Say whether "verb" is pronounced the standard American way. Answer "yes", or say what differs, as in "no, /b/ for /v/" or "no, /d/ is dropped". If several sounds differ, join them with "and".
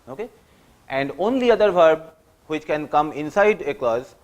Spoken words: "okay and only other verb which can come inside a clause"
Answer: yes